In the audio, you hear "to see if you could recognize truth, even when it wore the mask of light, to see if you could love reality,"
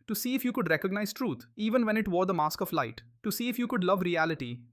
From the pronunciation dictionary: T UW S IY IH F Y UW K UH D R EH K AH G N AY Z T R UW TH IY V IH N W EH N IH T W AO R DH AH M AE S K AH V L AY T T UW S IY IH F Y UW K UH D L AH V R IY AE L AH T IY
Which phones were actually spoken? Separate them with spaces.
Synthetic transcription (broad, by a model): T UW S IY IH F Y UW K UH D R EH K AH G N AY Z T R UW T IY V IH N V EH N IH T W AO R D AH M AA S K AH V L AY T T UW S IY IH F Y UW K UH D L AH V R IY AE L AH T IY